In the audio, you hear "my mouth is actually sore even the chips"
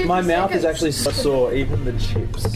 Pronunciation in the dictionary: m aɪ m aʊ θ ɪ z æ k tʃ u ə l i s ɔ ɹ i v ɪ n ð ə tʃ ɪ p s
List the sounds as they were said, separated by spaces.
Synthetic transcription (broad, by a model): m aɪ m aʊ θ ɪ z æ k tʃ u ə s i s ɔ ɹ i v ɪ n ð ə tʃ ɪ p s